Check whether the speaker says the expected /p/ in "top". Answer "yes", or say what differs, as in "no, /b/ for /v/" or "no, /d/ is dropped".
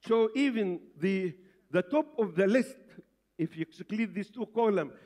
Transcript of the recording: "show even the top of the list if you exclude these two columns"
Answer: yes